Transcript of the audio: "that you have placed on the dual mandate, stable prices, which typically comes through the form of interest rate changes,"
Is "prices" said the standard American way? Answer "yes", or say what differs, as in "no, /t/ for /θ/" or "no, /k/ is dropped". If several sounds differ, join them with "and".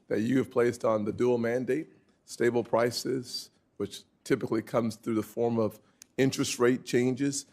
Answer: yes